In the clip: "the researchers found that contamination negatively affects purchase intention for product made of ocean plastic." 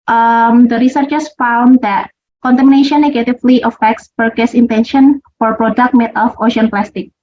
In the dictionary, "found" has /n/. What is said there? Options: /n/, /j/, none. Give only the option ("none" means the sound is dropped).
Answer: /n/